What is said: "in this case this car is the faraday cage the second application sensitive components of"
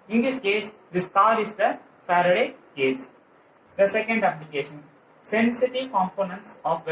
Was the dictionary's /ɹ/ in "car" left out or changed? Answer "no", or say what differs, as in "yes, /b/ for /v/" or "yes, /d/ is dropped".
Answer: yes, /l/ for /ɹ/